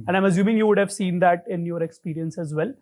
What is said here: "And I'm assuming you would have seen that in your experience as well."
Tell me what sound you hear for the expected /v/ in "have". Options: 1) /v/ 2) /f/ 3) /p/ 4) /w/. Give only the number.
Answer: 1